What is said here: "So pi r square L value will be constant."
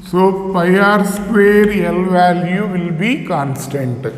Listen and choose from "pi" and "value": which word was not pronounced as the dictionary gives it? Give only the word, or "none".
pi